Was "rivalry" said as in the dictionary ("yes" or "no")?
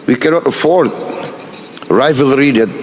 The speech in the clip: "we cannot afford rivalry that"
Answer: yes